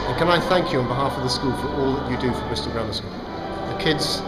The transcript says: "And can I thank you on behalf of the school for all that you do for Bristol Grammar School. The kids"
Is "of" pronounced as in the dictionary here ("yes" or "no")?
yes